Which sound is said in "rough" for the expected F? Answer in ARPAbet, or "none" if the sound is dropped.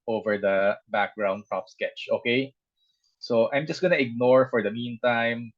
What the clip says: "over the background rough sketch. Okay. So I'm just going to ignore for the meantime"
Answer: P